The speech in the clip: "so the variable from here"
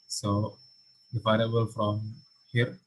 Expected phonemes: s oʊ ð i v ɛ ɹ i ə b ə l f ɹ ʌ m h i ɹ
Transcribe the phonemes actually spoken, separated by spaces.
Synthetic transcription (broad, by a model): s oʊ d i p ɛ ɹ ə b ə l f ɹ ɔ m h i ɹ